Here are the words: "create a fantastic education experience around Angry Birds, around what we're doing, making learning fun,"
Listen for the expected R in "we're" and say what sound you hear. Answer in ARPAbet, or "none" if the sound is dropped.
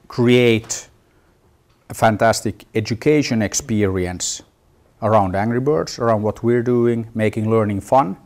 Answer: R